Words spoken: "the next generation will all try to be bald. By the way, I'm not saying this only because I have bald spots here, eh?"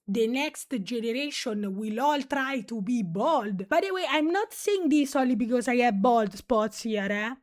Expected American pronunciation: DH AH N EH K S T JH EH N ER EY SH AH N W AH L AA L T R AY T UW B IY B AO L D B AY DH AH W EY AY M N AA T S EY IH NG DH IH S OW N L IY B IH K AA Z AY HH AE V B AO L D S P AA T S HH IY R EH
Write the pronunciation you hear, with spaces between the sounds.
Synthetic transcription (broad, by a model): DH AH N EH K S T JH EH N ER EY SH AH N W AH L AA L T R AY T UW B IY B AO L D B AY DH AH W EY AY M N AA T S EY IH NG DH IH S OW L IY B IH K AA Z AY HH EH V B AO L D S P AA T S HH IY R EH